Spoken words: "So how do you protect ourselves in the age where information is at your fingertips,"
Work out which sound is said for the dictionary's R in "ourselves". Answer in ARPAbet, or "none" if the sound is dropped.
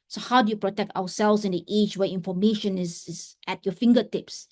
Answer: W